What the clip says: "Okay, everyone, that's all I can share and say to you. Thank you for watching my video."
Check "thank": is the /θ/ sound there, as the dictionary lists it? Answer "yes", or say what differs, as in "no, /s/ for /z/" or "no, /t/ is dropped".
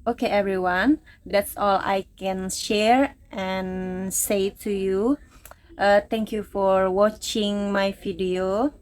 no, /t/ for /θ/